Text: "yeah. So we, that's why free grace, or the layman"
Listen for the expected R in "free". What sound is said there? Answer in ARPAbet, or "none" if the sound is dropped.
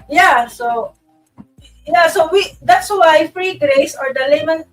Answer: R